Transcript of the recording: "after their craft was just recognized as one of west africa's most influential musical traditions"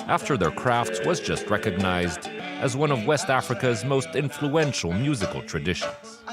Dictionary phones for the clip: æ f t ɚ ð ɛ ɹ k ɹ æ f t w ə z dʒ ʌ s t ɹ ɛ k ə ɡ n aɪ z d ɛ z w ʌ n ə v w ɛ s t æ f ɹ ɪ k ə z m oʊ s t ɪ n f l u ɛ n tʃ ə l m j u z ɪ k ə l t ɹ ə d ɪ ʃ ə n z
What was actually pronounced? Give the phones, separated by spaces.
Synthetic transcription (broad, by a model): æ f t ɚ ð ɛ ɹ k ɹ æ f t w ə z dʒ ʌ s t ɹ ɛ k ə ɡ n aɪ z d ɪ z w ʌ n ə v w ɛ s t æ f ɹ ɪ k ə z m oʊ s t ɪ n f l u ɛ n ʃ l m j u z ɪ k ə l t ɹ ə d ɪ ʃ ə n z